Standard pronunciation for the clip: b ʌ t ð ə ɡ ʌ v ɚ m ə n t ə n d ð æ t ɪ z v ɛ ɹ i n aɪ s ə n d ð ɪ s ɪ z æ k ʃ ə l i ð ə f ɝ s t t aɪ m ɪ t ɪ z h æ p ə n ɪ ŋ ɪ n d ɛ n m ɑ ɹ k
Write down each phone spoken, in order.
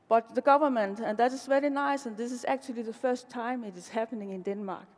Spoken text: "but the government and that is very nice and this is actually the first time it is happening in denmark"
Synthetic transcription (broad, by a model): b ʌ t ð ə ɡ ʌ v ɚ m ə n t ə n ð æ t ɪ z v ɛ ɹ i n aɪ s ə n ð ɪ s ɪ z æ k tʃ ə l i ð ə f ɝ s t t aɪ m ɪ t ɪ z h æ p ə n ɪ ŋ ɪ n d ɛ n m ɑ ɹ k